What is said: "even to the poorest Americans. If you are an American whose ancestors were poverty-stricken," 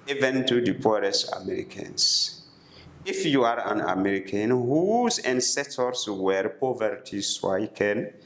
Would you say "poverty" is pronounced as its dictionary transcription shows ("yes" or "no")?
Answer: yes